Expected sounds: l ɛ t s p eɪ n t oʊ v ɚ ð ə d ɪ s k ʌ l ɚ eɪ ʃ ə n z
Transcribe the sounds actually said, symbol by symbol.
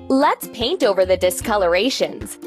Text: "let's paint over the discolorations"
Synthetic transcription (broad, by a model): l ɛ t s p eɪ n t oʊ v ɚ ð ə d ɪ s k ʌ l ɚ eɪ ʃ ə n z